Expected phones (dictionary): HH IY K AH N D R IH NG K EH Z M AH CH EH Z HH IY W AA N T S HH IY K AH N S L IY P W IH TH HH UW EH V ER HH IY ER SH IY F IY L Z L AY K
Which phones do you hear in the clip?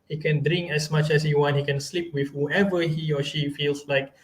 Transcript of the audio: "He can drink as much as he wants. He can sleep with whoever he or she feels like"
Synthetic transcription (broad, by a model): HH IY K AH N D R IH NG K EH S M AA CH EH S HH IY W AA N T HH IY K AH N S L IY P W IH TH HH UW EH V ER HH IY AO SH IY F IY L S L AY K